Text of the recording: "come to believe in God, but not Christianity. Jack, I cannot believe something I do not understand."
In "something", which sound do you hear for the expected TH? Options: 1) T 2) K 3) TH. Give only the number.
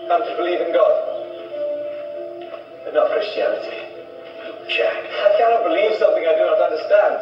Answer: 3